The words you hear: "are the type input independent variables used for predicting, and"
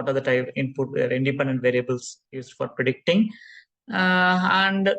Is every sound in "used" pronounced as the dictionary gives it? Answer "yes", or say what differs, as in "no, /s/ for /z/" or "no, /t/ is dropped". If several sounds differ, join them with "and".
no, /s/ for /z/